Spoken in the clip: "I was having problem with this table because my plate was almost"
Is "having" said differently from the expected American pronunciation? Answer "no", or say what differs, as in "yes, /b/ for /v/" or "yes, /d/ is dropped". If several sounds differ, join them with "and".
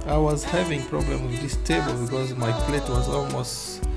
no